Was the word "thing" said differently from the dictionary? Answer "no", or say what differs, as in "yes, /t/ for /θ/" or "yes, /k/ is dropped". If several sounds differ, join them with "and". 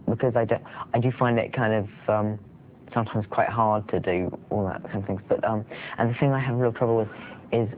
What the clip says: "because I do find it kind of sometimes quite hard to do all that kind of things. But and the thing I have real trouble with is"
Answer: no